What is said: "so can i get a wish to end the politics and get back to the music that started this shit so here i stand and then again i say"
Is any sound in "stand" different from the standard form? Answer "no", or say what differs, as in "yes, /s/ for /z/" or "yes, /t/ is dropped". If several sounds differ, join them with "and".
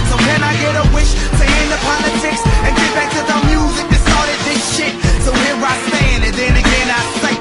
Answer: yes, /d/ is dropped